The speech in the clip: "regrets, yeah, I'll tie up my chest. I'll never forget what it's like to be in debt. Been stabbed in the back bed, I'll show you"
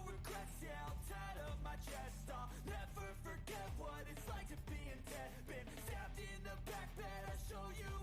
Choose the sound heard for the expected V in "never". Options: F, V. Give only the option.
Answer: F